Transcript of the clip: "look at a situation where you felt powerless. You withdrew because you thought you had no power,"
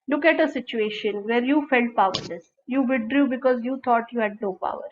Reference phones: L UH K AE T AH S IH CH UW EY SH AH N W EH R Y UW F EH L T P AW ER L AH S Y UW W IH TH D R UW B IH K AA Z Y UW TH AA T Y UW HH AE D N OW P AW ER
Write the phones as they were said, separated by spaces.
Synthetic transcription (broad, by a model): L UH K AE T AH S IH CH UW EY SH AH N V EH R Y UW F EH L T P AW ER L AH S Y UW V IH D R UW B IH K AA Z Y UW T AA T Y UW HH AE D N OW P AW ER